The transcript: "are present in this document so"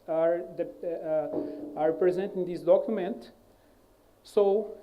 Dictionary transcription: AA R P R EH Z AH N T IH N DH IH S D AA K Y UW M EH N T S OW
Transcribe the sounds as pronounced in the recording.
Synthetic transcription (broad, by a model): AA R P R EH Z AH N T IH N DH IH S D AA K Y UW M EH N T S OW